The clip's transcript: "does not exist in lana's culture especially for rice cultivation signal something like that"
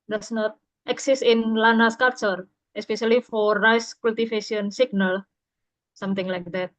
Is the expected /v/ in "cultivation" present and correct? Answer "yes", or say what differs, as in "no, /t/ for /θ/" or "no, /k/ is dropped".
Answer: no, /f/ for /v/